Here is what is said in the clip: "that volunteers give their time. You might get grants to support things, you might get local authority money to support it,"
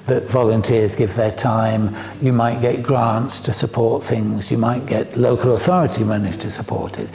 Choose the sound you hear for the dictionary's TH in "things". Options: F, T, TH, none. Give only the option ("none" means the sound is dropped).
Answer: TH